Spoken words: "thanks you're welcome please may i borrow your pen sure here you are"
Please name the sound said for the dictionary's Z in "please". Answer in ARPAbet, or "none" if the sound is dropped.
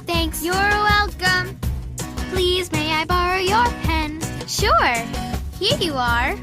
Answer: Z